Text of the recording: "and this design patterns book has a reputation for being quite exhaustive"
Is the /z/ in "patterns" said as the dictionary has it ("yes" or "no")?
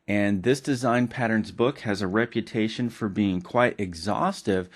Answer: yes